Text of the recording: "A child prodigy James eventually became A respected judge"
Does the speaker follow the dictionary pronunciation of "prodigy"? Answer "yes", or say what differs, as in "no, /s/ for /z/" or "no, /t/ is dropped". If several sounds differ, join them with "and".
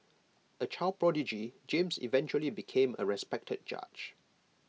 yes